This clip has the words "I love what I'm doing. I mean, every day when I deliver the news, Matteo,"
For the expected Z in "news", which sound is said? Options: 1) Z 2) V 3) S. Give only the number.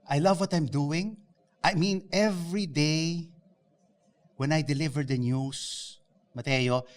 3